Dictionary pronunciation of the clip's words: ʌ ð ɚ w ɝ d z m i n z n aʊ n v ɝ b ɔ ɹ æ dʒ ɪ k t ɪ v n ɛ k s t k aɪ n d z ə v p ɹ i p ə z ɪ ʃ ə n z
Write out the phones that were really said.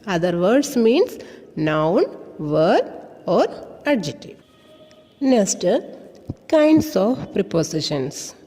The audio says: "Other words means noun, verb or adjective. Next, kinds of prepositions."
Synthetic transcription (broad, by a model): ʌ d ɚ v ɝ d s m i n s n aʊ n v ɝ ɔ ɹ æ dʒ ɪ t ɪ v n ɛ k s t k aɪ n d s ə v p ɹ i p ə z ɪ ʃ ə n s